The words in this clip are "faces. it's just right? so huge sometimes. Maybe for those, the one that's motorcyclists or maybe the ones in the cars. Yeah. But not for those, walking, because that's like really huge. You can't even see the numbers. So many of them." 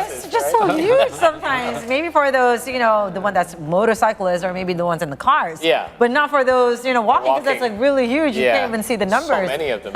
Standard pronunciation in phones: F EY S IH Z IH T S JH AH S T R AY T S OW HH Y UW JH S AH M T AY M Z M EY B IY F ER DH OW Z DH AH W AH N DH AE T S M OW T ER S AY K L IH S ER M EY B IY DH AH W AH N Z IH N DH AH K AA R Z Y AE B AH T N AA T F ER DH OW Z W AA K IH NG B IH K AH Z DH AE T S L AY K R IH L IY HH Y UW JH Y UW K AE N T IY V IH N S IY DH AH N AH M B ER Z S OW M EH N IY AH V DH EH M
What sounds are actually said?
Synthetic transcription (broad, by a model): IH IH T S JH AH S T T S OW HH Y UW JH S AH M T AY M Z M EY B IY F ER DH OW Z DH AH W AH N DH AE T S M OW T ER S AY K L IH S ER M EY B IY DH AH W AH N Z IH N DH AH K AA R Z Y AE B AH T N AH T F ER DH OW Z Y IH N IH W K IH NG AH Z DH AE T S L AY K R IH L IY HH Y UW JH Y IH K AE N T IY V IH N S IY DH AH N AH M B ER Z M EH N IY AH V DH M